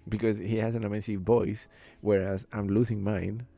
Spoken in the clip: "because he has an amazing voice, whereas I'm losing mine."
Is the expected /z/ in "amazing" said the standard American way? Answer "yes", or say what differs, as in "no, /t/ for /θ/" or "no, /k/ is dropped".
no, /s/ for /z/